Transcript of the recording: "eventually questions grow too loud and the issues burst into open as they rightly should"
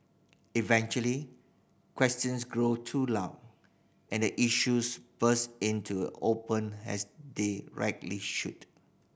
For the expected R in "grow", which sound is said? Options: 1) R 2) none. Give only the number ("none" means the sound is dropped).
1